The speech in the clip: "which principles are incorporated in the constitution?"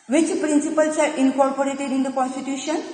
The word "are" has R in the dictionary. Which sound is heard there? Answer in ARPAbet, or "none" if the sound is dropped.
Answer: R